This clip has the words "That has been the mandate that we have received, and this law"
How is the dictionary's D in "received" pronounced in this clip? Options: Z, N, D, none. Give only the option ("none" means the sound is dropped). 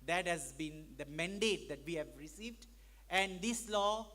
D